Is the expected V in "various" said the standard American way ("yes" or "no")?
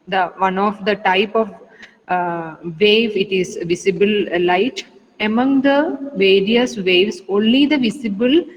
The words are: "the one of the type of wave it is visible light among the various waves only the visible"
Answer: yes